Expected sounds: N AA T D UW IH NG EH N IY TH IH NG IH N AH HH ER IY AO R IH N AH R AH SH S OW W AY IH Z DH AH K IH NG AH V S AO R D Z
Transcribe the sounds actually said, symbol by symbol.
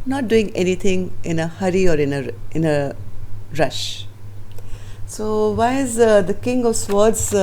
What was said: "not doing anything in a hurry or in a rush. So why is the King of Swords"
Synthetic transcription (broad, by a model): N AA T D UW IH NG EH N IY T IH NG IH N AH HH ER IY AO R IH N AH R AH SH S OW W AY IH Z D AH K IH NG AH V S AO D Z